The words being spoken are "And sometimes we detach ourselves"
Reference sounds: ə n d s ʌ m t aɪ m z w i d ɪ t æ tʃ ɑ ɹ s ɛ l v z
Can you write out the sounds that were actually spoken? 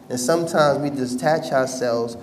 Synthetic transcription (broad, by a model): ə n s ʌ m t aɪ m z w i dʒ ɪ t æ tʃ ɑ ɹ s ɛ l v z